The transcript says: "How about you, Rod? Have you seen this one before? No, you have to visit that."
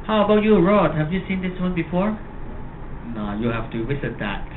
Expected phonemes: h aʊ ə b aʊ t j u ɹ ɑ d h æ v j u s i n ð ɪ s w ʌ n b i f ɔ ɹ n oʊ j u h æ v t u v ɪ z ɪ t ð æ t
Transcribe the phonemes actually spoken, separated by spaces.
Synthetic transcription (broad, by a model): h aʊ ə b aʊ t j u ɹ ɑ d h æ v j u s i n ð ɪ s w ʌ n b i f ɔ ɹ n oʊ j u h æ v t u w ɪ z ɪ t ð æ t